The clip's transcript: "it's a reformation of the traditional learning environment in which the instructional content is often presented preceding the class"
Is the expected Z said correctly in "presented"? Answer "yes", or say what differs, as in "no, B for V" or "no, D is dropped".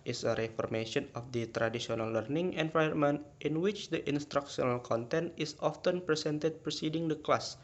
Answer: no, S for Z